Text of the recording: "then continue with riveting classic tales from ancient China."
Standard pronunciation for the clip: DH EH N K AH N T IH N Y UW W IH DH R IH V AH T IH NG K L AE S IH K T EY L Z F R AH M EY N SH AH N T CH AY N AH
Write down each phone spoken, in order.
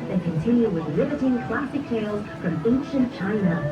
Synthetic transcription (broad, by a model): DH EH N K AH N T IH N Y UW W IH DH L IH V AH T IH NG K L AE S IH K T EY L Z F R AH M EY N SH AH N CH AY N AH